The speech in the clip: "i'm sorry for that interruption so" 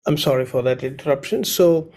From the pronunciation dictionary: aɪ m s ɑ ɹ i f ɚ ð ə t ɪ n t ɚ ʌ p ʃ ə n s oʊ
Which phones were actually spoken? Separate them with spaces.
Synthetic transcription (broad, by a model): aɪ m s ɑ ɹ i f ɚ ð ə t ɪ n t ɚ ʌ p ʃ ə n s oʊ